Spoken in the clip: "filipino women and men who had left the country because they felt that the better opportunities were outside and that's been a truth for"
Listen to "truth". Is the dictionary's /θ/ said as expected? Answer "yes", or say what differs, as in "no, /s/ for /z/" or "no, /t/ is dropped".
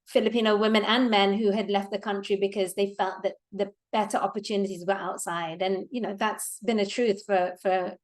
yes